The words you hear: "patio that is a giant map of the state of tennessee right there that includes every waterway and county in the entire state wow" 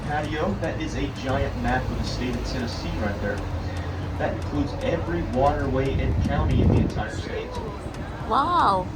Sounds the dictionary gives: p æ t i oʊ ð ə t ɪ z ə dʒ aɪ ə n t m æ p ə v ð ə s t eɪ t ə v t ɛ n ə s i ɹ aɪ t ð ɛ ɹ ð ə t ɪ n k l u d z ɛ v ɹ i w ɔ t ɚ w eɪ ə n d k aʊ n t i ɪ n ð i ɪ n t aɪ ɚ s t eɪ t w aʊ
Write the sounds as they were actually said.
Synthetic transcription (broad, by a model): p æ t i oʊ ð ə t ɪ z ə dʒ aɪ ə n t m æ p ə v ð ə s t eɪ t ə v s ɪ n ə s i ɹ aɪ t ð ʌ ɹ ð ə t ɪ n k l u d z ɛ v ɹ i w ɔ t ɚ w eɪ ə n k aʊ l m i ɪ n ð i ɪ n t aɪ ɚ s t eɪ t w aʊ